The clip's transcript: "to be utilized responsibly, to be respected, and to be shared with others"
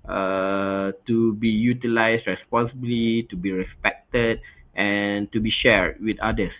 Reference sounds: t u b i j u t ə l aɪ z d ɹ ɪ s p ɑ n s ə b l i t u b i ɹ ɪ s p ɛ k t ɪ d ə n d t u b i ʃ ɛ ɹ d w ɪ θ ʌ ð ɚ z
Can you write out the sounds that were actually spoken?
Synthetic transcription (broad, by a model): t u b i j u t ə l aɪ s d ɹ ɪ s p ɑ n s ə b l i t u b i ɹ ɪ s p ɛ k t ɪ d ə n t u b i ʃ ɛ ɹ d w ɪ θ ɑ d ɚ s